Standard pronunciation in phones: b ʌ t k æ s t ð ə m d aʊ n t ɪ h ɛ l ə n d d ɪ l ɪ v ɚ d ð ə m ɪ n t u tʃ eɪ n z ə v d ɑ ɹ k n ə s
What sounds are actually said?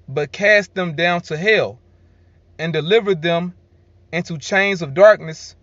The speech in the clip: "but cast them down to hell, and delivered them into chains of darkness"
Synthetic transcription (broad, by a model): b ʌ t k æ s t ð ə m d aʊ n t ɪ h ɛ l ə n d d ɪ l ɪ v ɚ d ð ə m ɪ n t u tʃ eɪ n z ə v d ɑ ɹ k n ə s